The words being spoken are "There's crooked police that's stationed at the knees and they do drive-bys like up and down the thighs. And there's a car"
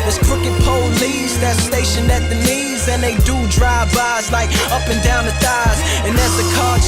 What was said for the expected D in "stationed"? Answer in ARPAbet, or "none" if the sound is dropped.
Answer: none